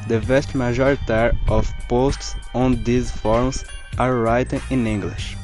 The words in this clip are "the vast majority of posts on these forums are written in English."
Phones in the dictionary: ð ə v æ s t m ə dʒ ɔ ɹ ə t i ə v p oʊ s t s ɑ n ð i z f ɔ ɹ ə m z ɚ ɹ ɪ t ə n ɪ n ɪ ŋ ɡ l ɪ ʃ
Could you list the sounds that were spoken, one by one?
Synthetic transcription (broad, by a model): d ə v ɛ s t m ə ʒ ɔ ɹ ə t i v p oʊ s t s ɑ n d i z f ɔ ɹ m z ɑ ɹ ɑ t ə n ɪ n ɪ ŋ ɡ l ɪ ʃ